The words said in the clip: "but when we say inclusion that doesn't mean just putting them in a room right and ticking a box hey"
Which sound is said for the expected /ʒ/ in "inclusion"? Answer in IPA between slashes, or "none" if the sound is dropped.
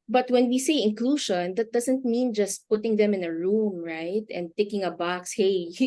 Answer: /ʃ/